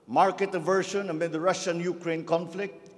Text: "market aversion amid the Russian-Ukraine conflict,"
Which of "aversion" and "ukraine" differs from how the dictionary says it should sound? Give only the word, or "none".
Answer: aversion